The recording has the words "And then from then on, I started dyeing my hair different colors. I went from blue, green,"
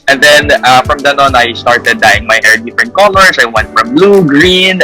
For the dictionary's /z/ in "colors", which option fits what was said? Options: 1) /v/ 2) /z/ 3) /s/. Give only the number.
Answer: 3